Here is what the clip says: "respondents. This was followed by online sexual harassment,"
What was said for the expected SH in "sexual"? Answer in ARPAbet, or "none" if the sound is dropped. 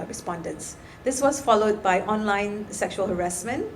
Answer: SH